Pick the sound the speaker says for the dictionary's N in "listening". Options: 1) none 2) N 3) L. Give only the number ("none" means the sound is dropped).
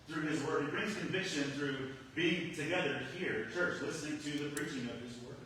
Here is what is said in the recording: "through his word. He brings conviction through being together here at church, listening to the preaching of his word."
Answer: 2